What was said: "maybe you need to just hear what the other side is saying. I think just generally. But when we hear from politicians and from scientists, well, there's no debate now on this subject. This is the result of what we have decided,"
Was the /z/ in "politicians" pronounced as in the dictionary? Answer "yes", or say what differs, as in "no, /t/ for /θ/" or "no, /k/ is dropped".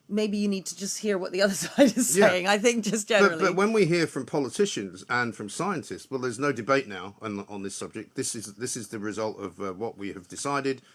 yes